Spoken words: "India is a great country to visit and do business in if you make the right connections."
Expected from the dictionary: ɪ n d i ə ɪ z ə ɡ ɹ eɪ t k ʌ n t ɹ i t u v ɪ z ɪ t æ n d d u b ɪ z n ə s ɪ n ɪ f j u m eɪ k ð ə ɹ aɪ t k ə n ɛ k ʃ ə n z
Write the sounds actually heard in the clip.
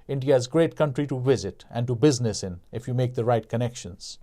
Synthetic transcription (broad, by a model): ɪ n d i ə ɪ z ɡ ɹ eɪ t k ʌ n t ɹ i t u v ɪ z ɪ t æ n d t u b ɪ z n ə s ɪ n ɪ f j u m eɪ k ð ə ɹ aɪ t k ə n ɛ k ʃ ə n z